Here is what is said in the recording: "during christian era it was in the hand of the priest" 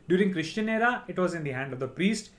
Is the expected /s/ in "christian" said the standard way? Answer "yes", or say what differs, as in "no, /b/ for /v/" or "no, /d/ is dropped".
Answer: no, /ʃ/ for /s/